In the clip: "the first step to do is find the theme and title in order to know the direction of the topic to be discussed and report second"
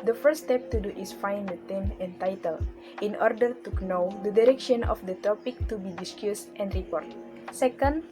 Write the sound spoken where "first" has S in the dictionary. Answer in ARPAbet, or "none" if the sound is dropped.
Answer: none